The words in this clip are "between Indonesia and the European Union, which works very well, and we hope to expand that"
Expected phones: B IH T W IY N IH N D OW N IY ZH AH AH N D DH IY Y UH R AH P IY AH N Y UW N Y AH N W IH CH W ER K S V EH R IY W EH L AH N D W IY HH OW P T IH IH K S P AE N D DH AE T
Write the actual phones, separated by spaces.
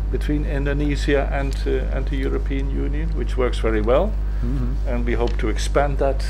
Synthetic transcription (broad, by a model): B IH T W IY N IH N D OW N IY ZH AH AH N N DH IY Y UH R AH P IY AH N Y UW N Y AH N W IH CH W ER K S V EH R IY W EH L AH N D W IY HH OW P T IH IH K S P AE N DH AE T